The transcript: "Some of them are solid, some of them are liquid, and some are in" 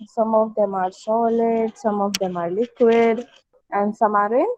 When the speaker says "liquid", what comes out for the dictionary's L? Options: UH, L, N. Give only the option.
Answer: L